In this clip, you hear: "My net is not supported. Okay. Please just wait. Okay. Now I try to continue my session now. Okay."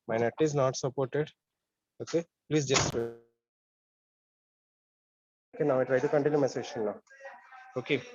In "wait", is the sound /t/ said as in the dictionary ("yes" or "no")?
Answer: no